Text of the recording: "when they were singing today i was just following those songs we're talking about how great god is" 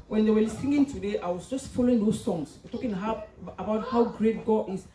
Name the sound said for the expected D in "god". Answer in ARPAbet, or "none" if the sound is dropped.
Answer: none